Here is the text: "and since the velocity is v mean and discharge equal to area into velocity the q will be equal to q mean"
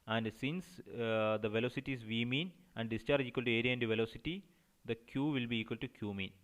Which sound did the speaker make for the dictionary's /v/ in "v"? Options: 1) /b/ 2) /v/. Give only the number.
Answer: 2